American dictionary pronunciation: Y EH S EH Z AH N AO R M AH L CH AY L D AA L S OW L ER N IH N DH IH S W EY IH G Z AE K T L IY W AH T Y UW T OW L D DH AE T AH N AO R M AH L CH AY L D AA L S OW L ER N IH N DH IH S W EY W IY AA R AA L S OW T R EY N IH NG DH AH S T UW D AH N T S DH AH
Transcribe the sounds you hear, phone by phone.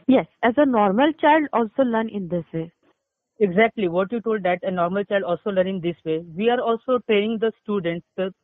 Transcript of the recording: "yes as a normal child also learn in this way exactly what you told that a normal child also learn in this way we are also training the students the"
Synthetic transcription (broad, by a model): Y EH S EH Z AH N AO R M AH L CH AY L D AA L S OW L ER N IH N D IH S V EY IH G Z AE K T L IY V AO T Y UW T OW L D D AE T AH N AO R M AH L CH AY L D AA L S OW L ER N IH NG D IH S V EY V IY AA R AA L S OW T EY IH NG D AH S T UW D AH N T S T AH